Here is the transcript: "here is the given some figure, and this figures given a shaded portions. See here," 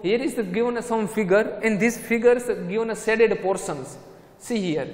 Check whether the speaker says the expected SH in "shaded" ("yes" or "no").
no